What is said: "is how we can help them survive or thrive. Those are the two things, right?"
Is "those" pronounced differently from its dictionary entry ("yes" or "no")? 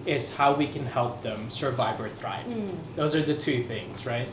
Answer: no